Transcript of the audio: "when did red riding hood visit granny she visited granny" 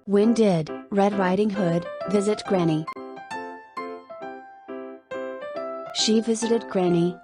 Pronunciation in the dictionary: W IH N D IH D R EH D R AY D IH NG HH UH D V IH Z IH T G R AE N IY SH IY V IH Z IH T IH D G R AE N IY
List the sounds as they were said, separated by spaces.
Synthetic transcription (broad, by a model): W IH N D IH D R EH D R AY D IH NG HH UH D V IH Z IH T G R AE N IY SH IY V IH Z IH T IH D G R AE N IY